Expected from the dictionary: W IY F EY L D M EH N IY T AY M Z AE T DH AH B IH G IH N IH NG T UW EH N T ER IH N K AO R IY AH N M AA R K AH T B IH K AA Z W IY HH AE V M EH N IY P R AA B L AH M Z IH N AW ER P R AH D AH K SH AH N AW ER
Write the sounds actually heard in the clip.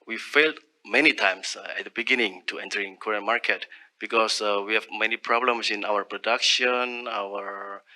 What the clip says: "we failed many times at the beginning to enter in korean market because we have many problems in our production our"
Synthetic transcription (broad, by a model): W IY F EY L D M EH N IY T AY M S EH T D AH B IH G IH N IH NG T UW EH N T ER IH N K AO R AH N M AA R K AH T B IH K AA S W IY HH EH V M EH N IY P R AA B L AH M S IH N AW ER P R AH D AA K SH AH N AW ER